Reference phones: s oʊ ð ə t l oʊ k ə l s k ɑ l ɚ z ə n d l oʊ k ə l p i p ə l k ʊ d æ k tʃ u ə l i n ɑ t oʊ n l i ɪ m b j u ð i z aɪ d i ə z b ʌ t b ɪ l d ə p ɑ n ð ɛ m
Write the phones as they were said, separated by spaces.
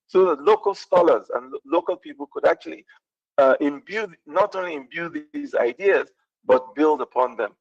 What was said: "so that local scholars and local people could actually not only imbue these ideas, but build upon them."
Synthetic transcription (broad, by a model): s oʊ ð ə t l oʊ k ə l s k ɑ l ɚ z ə n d l oʊ k ə l p i p ə l k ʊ d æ k tʃ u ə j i n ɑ t oʊ n l i ɪ m b j u ð i z aɪ d i ə z b ʌ t b ɪ l d ə p ɑ n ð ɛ m